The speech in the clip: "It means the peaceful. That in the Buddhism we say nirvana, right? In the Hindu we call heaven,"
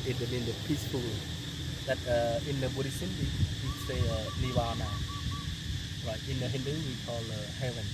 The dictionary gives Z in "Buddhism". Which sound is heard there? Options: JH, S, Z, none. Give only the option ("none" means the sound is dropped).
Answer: S